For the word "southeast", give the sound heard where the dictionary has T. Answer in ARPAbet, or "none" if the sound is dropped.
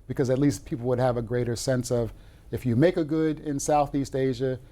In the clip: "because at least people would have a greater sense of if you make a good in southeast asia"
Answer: T